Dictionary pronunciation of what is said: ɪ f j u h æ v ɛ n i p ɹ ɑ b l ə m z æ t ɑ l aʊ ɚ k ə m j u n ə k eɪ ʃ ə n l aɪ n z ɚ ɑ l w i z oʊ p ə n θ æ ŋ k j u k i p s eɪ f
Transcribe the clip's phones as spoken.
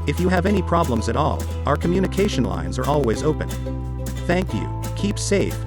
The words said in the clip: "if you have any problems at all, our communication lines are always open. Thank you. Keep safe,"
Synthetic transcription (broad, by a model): ɪ f j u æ v ɛ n i p ɹ ɑ b l ə m z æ t ɑ l aʊ ɚ k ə m j u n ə k eɪ ʃ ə n l aɪ n z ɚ ɑ l w i z oʊ p ə n θ æ ŋ k j u k i p s eɪ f